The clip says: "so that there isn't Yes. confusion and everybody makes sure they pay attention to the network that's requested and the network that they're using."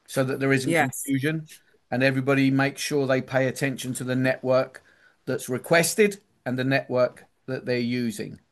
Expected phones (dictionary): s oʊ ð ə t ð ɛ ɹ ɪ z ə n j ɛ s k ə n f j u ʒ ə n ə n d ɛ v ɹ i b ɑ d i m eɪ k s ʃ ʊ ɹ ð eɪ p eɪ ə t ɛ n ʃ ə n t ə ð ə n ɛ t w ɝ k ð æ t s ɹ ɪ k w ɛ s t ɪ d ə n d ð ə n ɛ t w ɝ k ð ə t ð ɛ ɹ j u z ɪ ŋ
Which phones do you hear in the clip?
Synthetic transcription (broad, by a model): s oʊ ð ə t ð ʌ ɹ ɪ z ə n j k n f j u ʒ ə n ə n ɛ v ɹ i b ɑ d i m eɪ k ʃ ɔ ɹ ð eɪ p eɪ ə t ɛ n ʃ ə n t ə ð ə n ɛ t w ɝ k ð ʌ t s ɹ ɪ k w ɛ s t ɪ d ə n ð ə n ɛ t w ɝ k ð ə t ð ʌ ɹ j u z ɪ ŋ